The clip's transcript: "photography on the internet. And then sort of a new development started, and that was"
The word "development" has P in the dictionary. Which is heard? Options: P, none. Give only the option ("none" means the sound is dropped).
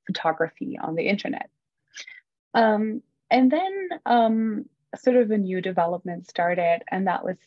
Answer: P